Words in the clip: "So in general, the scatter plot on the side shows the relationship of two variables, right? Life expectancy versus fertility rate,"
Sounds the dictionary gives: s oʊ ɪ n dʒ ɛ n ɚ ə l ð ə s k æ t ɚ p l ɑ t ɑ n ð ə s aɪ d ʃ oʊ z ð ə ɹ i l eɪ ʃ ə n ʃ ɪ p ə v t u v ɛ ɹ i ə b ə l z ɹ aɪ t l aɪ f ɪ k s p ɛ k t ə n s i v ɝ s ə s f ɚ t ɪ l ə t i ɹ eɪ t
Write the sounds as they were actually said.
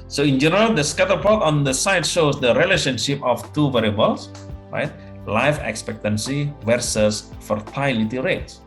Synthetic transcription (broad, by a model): s oʊ ɪ n dʒ ɛ n ɚ ə l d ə s k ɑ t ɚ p ɑ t ɑ n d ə s aɪ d ʃ oʊ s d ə ɹ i l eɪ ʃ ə n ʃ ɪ p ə f t u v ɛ ɹ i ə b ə l s ɹ aɪ t l aɪ f ɪ k s p ɛ k t ə n s i v ɝ s ə s f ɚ t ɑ l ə t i ɹ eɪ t